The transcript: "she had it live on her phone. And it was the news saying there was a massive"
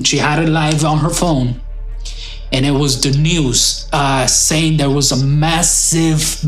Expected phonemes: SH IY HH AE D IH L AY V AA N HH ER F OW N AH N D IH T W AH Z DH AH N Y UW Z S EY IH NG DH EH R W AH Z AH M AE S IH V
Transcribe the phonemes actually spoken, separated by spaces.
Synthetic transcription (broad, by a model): SH IY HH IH D IH L AY V N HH ER F OW N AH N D IH T W AH Z DH AH N Y UW Z S EY IH NG DH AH R W AH Z AH M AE S IH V